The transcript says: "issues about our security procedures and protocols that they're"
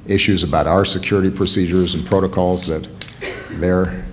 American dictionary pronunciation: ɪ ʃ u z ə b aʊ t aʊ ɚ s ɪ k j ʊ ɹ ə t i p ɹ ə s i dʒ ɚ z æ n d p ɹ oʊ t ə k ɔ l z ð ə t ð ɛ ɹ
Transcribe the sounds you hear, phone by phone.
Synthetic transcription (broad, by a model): ɪ ʃ u z ə b aʊ t aʊ ɚ s ɪ k j ʊ ɹ ə t i p ɹ ə s i dʒ ɚ z n p ɹ oʊ t ə k ɔ l z ð ə t ð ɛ ɹ